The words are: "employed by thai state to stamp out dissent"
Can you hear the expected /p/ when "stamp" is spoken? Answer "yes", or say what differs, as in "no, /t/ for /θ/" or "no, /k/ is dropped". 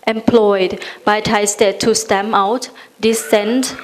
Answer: no, /p/ is dropped